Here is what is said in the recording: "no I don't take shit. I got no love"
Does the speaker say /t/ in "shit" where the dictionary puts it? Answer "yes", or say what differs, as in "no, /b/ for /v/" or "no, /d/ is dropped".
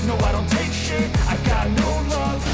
no, /t/ is dropped